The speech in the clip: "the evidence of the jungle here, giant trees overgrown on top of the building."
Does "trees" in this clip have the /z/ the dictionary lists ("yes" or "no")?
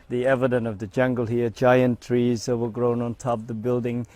yes